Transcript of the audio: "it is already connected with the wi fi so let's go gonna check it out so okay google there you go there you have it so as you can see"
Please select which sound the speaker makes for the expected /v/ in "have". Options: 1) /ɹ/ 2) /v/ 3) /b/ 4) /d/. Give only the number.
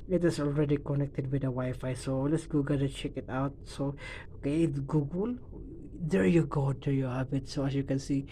3